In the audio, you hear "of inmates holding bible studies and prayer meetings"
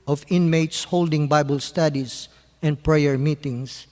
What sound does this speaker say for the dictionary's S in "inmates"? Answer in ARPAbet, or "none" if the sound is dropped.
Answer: S